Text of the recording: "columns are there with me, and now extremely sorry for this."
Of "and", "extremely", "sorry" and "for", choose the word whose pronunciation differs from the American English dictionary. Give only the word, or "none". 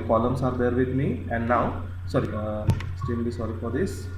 extremely